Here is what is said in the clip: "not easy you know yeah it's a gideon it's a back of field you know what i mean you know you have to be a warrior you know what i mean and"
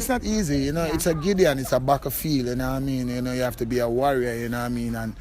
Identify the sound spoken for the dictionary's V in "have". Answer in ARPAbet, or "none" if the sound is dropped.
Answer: F